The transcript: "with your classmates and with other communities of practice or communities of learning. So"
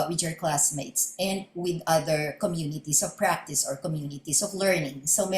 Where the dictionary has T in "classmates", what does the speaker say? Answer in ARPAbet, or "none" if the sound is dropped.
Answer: T